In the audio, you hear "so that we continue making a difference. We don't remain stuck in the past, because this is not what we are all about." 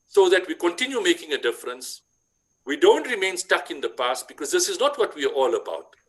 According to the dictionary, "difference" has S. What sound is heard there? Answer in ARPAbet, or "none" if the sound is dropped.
S